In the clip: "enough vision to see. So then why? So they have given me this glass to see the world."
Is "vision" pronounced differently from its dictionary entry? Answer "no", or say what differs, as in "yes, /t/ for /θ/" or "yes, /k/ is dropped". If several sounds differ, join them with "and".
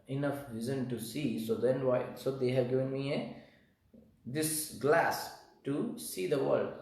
yes, /z/ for /ʒ/